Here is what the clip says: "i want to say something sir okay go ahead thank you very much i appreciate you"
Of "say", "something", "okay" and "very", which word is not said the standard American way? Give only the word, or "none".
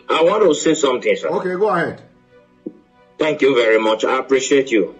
something